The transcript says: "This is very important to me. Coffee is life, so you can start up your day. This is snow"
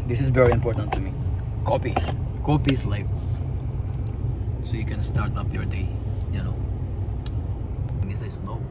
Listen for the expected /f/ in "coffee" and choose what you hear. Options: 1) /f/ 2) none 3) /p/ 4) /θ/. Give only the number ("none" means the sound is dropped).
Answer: 3